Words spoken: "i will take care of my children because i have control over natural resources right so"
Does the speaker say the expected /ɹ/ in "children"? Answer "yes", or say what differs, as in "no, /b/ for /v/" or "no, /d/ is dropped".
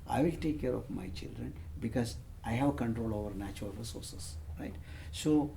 yes